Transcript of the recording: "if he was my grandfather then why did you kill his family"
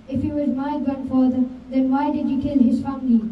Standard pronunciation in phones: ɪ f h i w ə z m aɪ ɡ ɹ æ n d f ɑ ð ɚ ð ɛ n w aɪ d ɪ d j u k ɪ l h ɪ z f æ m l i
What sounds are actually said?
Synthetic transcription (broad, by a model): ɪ f h i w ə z m aɪ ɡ ʌ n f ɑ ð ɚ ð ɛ n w aɪ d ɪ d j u k ɪ l h ɪ z f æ m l i